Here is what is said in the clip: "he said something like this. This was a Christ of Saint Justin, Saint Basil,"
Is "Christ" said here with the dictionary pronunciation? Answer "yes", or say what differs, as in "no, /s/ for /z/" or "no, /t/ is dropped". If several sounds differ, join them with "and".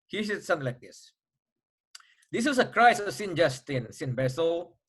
no, /t/ is dropped